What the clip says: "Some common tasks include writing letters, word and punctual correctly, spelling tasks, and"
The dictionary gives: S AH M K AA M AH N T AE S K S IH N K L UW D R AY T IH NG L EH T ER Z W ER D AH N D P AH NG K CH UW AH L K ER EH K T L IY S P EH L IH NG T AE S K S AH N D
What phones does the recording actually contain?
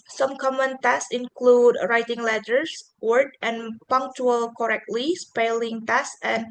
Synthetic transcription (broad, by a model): S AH M K AA M AH N T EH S S IH N K L UW D R AY T IH NG L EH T ER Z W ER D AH N P AH NG K CH UW AH L K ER EH K T L IY S P EH L IH NG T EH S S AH N